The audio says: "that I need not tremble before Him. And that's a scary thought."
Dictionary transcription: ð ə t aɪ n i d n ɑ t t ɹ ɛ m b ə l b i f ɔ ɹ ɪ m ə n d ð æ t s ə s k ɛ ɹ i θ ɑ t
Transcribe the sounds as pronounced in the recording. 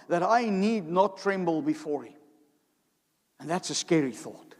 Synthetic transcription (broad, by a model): ð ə t aɪ n i d n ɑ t t ɹ ɛ m b ə l b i f ɔ ɹ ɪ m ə n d ð æ t s ə s k ɛ ɹ i θ ɑ t